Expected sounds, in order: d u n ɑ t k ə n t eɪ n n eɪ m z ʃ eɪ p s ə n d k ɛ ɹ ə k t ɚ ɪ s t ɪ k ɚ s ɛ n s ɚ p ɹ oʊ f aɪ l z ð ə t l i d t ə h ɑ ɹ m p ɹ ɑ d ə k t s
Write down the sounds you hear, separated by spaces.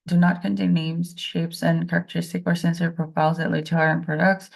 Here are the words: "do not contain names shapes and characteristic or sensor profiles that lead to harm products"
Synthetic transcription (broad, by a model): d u n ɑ t k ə n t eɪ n n eɪ m z ʃ eɪ p s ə n k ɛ ɹ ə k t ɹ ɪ s t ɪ k ɚ s ɛ n s ɚ p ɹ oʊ p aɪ z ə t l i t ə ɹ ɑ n p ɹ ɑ d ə k t s